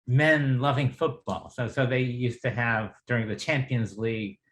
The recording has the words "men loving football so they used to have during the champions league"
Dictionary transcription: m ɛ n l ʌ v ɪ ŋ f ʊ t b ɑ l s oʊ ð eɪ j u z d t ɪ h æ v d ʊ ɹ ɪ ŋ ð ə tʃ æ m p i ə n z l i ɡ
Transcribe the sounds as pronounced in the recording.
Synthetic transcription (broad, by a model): m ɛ n l ʌ v ɪ ŋ f ʊ t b ɑ l s oʊ ð eɪ j u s t ɪ v d ʊ ɹ ɪ ŋ ð ə tʃ æ m p i ə n z l i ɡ